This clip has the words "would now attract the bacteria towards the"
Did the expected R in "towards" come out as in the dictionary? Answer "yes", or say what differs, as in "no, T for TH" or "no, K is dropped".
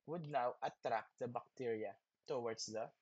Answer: no, W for R